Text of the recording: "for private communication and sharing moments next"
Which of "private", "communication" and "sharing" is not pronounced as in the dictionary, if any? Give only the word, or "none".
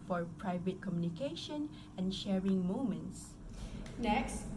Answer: none